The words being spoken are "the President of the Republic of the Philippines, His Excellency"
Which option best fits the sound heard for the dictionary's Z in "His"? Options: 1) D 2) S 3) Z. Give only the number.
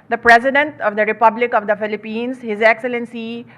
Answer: 3